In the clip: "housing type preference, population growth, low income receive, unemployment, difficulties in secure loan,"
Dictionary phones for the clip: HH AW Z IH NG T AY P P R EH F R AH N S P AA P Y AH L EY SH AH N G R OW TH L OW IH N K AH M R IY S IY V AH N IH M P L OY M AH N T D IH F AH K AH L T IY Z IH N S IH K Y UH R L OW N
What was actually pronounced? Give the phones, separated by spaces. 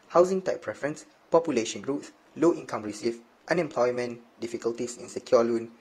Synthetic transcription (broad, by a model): HH AW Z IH NG T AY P P R EH F R AH N S P AA P Y AH L EY SH AH N G R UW S L OW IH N K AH M R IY S IY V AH N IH M P L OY M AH N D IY F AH K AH L T IY S IH N S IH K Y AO L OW N